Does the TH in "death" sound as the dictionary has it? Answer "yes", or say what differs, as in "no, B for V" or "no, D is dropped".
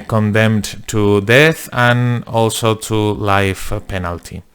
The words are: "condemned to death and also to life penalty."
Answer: yes